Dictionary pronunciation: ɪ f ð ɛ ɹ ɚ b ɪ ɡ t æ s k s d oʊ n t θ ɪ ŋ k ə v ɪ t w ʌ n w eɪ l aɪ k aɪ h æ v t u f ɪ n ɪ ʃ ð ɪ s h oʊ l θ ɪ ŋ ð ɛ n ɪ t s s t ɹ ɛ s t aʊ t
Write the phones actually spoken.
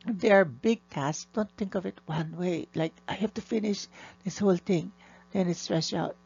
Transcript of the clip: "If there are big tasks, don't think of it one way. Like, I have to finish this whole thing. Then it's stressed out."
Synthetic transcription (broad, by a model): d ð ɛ ɹ b ɪ ɡ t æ s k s d oʊ n t θ ɪ ŋ k ə v ɪ t w ʌ n w eɪ l aɪ k aɪ h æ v t u f ɪ n ɪ ʃ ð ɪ s h oʊ l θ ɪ ŋ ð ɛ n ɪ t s s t ɹ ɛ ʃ aʊ t